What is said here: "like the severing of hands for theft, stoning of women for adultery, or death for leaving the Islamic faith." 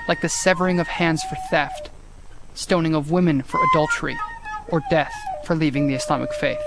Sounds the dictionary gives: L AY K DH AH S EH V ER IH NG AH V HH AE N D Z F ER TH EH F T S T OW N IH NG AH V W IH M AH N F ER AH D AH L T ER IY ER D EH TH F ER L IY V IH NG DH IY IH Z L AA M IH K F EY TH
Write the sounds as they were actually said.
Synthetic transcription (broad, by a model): L AY K DH AH S EH V ER IH NG AH V HH AE N D Z F ER TH EH F T S T OW N IH NG AH V W IH M AH N F ER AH D AH L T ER IY ER D EH TH F ER L IY V IH NG DH IY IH S L AA M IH K F EY TH